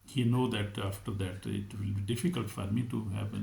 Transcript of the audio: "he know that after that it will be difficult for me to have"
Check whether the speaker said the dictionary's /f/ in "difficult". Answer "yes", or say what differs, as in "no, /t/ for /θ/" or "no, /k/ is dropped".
yes